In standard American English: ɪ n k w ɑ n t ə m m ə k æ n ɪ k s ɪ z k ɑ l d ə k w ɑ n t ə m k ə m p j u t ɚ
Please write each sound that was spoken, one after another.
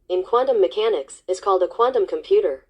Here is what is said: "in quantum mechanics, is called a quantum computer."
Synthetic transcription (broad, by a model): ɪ n k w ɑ n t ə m m ə k æ n ɪ k s ɪ z k ɑ l d ə k w ɑ n t ə m k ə m p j u t ɚ